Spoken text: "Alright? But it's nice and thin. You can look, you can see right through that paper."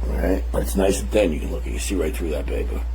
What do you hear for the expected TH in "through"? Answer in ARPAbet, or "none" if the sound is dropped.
TH